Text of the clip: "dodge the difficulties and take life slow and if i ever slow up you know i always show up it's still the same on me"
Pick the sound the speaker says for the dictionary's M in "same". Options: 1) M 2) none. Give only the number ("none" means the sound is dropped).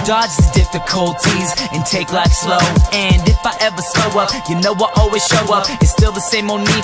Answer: 1